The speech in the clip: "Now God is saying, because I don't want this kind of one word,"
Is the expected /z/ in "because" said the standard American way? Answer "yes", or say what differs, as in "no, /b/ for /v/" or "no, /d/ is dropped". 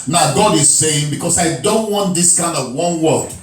no, /s/ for /z/